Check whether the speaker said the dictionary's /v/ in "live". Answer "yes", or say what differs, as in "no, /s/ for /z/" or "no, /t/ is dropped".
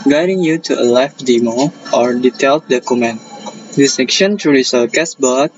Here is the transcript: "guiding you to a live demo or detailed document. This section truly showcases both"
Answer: no, /f/ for /v/